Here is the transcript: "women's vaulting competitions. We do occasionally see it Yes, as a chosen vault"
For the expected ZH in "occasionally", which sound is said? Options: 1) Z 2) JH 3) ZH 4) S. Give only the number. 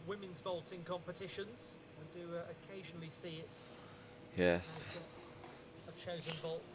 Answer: 3